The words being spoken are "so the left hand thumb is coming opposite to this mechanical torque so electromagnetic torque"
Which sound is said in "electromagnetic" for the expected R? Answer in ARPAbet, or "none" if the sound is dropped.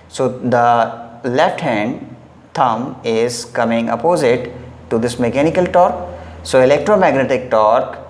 R